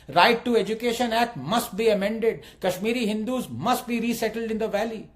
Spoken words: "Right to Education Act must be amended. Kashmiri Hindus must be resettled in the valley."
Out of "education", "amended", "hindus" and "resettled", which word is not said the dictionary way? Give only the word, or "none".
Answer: none